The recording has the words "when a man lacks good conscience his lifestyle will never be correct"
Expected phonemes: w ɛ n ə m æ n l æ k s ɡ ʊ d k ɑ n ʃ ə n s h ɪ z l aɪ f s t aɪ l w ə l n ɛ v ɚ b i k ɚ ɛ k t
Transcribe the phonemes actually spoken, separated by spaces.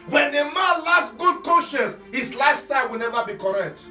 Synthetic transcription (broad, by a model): w ɛ n ə m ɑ n l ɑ s ɡ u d k ɑ n ʃ ə n s h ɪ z l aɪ s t aɪ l w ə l n ɛ v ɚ b i k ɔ ɛ k t